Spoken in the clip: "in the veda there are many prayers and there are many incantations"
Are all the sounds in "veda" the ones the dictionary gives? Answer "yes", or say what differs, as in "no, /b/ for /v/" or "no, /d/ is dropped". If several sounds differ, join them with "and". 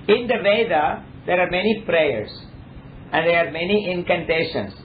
yes